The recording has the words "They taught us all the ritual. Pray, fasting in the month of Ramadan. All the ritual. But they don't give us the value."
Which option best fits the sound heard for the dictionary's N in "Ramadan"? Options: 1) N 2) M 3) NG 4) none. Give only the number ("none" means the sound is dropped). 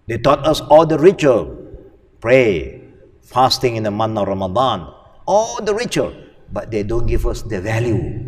1